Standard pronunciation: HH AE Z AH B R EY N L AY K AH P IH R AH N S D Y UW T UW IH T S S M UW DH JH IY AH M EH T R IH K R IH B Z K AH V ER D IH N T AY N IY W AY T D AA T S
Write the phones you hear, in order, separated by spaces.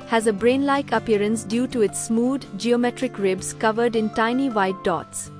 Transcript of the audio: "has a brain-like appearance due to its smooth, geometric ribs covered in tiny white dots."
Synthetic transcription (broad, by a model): HH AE Z AH B R EY N L AY K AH P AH R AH N S D Y UW T UW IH T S S M UW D JH IY AH M EH T R IH K R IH B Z K AH V ER D IH N T AY N IY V AY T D AA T S